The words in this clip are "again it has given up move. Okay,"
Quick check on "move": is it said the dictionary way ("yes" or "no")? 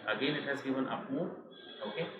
no